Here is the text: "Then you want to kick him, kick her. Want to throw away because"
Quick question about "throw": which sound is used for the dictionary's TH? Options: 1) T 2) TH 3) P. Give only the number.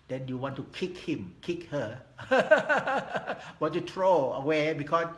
1